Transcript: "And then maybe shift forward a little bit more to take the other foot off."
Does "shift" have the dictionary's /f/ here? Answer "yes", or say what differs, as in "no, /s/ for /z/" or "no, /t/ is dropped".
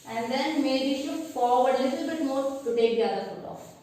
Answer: no, /f/ is dropped